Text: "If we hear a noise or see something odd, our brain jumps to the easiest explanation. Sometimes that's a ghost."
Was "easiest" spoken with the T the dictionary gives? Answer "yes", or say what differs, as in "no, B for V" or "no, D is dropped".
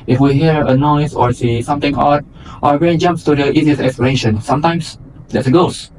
no, T is dropped